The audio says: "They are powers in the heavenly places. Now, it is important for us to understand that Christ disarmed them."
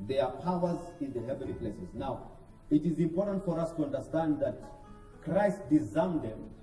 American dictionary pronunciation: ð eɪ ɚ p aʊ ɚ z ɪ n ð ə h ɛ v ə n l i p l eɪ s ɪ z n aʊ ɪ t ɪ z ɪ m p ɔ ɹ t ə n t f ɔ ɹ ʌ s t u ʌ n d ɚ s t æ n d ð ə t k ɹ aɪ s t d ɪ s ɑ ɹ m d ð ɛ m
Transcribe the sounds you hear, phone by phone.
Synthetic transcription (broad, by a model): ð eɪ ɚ p aʊ ɚ z ɪ n ð ə h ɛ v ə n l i p l eɪ s ɪ z n aʊ ɪ t ɪ z ɪ m p ɔ ɹ t ə n t f ɔ ɹ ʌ s t u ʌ n d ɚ s t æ n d ð ə t k ɹ aɪ s t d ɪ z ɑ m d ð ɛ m